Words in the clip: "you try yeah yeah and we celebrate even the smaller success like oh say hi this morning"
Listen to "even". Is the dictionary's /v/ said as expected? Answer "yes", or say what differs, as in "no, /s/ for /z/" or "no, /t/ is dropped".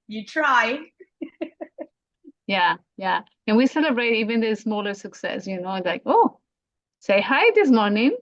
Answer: yes